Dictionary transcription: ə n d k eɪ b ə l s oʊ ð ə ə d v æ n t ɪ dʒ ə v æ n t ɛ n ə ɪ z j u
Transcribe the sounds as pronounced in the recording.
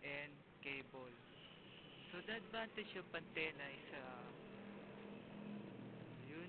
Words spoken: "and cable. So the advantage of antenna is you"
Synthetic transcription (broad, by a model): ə n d k eɪ b ə l s oʊ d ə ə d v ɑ n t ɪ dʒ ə p æ n t ɛ n ə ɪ s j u